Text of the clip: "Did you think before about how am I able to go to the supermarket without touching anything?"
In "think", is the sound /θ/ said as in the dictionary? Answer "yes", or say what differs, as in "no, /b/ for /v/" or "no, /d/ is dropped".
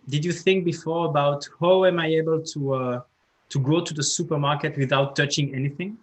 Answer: yes